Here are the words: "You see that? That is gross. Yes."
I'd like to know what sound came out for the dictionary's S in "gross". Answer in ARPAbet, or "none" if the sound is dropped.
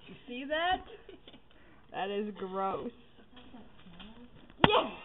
S